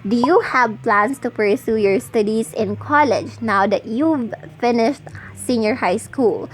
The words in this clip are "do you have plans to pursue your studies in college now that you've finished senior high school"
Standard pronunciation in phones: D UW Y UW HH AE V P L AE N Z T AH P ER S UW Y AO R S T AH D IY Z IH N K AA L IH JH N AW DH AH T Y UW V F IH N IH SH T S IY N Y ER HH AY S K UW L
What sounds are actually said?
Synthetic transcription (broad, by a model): D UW Y UW HH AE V P L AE N S T AH P ER S UW Y AO R S T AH D IY S IH N K AA L IH JH N AW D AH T Y UW V F IH N IH SH T S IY N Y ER HH AY S K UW L